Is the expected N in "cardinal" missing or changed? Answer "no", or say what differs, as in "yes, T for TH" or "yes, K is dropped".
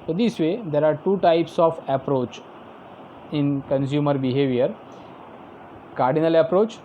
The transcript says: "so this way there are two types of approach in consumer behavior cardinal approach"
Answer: no